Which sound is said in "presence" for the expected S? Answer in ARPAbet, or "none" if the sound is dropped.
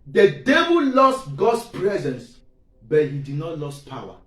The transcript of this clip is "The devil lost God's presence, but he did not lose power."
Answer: S